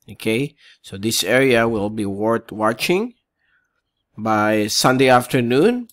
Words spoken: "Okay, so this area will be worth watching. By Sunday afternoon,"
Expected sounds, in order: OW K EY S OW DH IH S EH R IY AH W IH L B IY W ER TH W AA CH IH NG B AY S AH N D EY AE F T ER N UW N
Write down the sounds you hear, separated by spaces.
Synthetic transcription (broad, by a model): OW K EY S OW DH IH S EH R IY AH W IH L B IY W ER T W AA CH IH NG B AY S AH N D EY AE F T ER N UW N